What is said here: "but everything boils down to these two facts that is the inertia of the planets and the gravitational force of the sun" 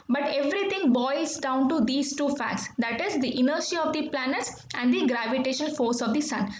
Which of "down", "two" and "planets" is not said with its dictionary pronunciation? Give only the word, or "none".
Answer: none